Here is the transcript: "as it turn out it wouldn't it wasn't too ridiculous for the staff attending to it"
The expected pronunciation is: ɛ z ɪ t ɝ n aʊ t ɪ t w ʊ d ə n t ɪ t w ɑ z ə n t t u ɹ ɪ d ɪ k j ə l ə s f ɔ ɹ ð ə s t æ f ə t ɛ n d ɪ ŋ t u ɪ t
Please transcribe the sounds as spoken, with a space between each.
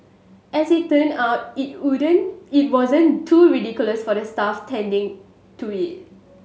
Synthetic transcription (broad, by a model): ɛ s ɪ t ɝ n aʊ t ɪ t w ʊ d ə n ɪ t w ɑ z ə n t t u ɹ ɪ d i k j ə l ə s f ɔ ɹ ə s t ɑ f t ɛ n d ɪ ŋ t u ɪ t